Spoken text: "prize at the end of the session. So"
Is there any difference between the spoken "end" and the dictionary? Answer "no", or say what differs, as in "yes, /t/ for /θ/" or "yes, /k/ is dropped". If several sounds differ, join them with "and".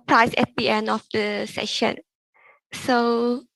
yes, /d/ is dropped